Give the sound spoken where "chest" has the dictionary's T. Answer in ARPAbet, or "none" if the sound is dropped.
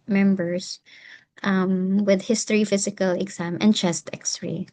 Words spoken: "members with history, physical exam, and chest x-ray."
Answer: T